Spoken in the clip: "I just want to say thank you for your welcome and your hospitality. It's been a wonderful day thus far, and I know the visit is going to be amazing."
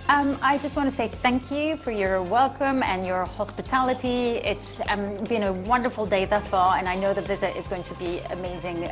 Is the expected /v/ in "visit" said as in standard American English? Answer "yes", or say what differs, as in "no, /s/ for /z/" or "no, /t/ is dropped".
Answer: yes